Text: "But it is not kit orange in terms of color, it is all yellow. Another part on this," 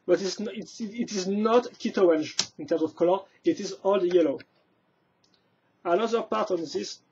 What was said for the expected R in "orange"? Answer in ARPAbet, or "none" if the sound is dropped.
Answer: none